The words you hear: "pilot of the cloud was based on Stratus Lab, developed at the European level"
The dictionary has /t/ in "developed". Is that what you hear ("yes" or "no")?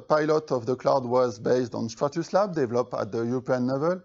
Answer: no